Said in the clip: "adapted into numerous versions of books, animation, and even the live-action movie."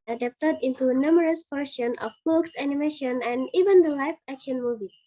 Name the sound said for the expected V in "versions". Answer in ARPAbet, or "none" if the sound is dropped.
P